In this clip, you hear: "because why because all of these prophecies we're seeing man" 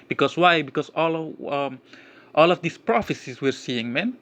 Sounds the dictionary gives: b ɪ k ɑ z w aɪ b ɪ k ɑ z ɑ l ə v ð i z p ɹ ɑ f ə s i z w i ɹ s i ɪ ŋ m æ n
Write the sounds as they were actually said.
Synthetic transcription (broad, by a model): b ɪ k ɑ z w aɪ b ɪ k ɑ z ɑ l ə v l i s p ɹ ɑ f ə s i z w i ɹ s i ɪ ŋ m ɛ n